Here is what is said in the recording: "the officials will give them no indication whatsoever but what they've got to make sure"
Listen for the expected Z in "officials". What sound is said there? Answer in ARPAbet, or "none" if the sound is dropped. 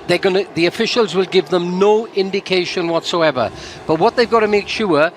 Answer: Z